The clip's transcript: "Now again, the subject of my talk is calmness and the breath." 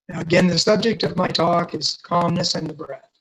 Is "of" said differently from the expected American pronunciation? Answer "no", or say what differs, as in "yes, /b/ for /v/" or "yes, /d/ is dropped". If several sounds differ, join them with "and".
no